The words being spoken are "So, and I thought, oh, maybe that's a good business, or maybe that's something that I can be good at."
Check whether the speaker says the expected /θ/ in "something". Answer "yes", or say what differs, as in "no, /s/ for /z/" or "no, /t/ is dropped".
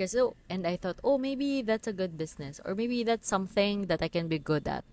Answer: yes